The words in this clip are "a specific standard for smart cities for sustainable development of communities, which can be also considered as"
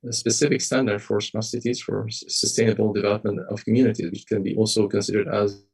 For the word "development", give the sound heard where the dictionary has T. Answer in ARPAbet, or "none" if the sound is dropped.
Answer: T